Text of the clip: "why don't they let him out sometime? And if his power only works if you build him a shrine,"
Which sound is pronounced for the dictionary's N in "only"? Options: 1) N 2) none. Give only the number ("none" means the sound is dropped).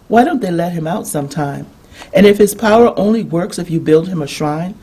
1